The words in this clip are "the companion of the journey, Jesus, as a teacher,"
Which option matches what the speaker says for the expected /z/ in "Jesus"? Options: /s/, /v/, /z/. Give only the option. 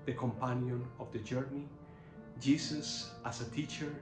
/s/